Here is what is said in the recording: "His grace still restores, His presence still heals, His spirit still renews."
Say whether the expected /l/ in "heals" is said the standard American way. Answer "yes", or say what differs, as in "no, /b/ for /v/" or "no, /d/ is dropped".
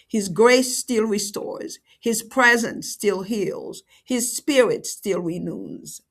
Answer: yes